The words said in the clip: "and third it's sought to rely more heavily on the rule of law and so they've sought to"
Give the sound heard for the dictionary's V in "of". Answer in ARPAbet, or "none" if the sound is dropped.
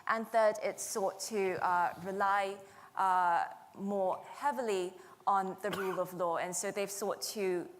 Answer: V